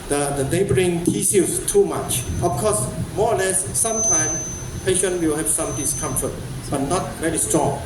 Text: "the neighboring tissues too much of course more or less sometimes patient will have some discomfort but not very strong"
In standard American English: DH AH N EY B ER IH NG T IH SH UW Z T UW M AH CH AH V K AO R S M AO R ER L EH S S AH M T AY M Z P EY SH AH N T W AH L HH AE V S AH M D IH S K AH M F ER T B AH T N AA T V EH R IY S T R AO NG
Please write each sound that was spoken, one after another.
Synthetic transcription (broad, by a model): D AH N EY B ER IH NG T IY S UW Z T UW M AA CH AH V K AO S M AO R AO L EH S S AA M T AY M S P EY SH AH N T W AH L HH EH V S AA M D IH S K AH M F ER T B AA T N AA T V EH R IY S T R AO NG